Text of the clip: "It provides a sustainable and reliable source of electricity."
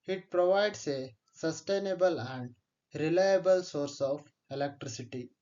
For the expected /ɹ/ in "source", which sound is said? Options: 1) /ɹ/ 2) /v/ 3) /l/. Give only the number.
1